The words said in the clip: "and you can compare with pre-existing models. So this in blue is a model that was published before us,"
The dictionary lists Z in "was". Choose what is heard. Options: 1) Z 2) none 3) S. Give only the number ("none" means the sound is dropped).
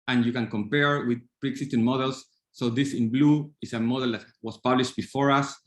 3